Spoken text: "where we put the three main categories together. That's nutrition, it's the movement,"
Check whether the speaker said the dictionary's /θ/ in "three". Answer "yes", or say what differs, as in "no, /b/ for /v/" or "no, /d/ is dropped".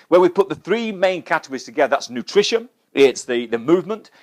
yes